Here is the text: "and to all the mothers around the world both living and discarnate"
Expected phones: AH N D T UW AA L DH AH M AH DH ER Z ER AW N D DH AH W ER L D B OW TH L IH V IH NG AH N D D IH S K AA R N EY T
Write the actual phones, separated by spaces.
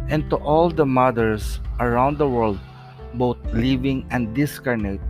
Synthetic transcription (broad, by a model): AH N T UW AA L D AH M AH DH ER S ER AW N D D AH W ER L D B OW T L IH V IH NG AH N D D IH S K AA R N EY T